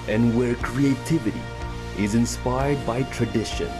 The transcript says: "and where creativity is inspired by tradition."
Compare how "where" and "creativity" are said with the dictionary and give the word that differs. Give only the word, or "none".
none